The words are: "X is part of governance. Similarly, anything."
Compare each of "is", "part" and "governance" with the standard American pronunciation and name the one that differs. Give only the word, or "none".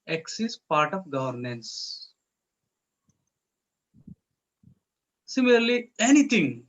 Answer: is